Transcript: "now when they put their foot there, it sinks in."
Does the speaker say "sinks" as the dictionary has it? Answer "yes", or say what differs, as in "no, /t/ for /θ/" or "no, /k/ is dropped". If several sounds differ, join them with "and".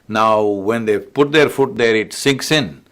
yes